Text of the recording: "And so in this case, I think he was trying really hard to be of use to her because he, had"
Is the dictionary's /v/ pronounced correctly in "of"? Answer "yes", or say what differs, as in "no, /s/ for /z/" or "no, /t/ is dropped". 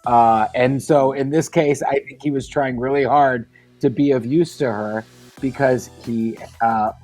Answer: yes